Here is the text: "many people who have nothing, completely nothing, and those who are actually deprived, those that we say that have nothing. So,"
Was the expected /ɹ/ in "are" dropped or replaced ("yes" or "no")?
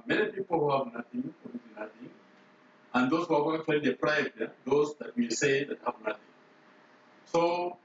yes